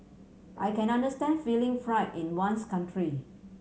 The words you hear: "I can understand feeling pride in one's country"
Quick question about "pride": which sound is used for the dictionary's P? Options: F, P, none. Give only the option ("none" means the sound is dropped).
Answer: F